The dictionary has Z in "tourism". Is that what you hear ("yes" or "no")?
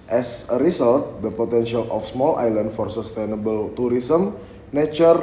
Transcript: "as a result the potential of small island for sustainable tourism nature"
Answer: no